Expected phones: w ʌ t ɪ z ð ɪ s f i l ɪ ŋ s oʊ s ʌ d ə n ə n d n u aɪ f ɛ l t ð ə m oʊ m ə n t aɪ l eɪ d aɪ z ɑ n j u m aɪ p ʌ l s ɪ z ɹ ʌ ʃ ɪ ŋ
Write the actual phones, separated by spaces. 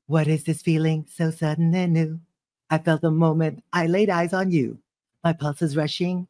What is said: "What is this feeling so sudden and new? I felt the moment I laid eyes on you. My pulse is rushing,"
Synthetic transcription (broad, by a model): w ʌ t ɪ z ð ɪ s f i l ɪ ŋ s oʊ s ʌ d n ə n n u aɪ f ɛ l t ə m oʊ m ə n t aɪ l eɪ d aɪ z n j u m aɪ p ʌ l s ɪ z ɹ ʌ ʃ ɪ ŋ